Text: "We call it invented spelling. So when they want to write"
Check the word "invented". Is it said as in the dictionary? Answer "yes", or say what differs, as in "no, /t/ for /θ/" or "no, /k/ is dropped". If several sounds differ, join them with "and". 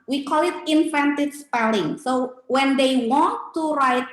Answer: no, /f/ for /v/